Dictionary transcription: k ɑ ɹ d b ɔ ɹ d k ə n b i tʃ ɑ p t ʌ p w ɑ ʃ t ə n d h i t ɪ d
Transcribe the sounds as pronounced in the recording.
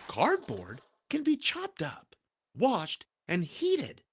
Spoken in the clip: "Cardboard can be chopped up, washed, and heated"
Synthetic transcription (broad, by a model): k ɑ ɹ d b ɔ ɹ d k ə n b i tʃ ɑ p t ʌ p w ɑ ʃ t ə n h i t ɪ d